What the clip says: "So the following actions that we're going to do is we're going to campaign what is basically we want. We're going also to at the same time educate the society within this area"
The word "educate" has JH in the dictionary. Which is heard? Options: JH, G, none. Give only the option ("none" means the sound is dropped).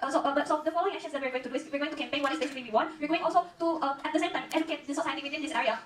none